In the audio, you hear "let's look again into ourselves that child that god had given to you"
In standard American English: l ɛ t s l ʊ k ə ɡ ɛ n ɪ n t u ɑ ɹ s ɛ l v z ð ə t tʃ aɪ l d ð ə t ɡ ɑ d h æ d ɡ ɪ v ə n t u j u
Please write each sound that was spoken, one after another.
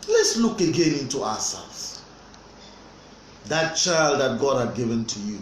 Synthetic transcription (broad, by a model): l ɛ t s l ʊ k ə ɡ ɛ n ɪ n t u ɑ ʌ s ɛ l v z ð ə t tʃ aɪ l d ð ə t ɡ ɑ d h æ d ɡ ɪ v ə n t u j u